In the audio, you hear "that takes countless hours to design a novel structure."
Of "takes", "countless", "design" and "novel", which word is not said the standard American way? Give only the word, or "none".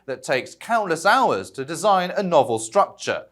none